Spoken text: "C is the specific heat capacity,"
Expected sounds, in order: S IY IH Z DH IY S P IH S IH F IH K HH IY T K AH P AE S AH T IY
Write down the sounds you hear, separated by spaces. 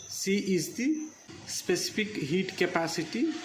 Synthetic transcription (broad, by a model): S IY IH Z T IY S P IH S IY P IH K HH IY T K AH P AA S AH T IY